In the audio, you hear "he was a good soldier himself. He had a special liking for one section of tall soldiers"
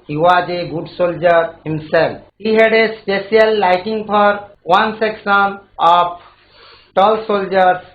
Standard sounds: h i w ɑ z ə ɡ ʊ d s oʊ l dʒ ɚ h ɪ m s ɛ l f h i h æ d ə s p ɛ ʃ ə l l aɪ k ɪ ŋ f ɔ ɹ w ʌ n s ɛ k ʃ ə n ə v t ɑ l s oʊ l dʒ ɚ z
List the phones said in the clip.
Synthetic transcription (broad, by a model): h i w ɑ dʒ ə ɡ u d s oʊ l dʒ ɚ h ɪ m s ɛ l p h i h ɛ d ə s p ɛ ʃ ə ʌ l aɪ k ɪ ŋ p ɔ ɹ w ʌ n s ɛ k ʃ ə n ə p t ɑ l s oʊ l dʒ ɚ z